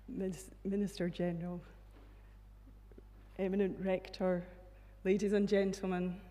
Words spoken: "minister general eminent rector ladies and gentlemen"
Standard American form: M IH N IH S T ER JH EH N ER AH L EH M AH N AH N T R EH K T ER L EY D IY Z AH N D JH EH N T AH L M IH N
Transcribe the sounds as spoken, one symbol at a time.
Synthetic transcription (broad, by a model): M IH N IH S T ER JH EH N ER AH L EH M AH N AH N T R EH K T ER L EY D IY Z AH N JH EH N T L M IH N